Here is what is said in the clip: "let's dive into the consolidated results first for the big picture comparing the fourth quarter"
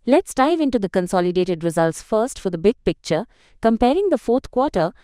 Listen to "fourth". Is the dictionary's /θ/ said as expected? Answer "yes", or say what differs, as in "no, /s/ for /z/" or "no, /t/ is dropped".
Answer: no, /t/ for /θ/